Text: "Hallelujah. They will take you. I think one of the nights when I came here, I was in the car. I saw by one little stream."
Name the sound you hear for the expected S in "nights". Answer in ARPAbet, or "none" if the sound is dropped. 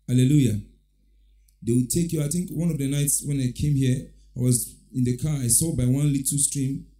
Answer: S